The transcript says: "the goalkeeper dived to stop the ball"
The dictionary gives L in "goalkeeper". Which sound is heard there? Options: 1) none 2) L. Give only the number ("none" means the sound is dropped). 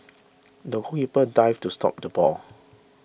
1